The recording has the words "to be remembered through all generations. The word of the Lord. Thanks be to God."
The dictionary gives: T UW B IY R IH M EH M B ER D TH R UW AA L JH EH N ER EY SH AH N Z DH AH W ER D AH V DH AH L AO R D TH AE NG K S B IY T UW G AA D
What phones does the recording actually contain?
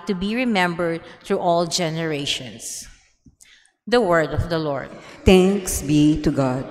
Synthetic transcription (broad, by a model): T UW B IY R IH M EH M B ER D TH R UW AA L JH EH N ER EY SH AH N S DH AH W ER D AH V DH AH L AO R D T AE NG K S B IY T UW G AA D